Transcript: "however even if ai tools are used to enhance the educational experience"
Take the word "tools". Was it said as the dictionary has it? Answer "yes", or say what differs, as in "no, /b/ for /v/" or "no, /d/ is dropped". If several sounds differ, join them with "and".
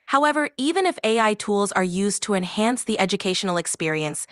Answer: yes